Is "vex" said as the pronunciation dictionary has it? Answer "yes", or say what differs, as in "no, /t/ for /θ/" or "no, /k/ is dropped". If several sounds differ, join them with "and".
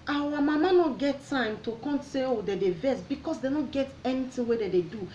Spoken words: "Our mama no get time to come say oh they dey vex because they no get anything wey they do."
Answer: no, /k/ is dropped